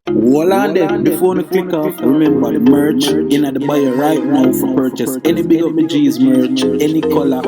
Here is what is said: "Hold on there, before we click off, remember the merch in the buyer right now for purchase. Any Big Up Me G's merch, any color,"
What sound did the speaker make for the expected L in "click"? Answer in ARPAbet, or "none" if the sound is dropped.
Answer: W